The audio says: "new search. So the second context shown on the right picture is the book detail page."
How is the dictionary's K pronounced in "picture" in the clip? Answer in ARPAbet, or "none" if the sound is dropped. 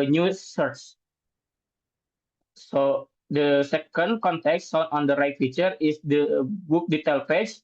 none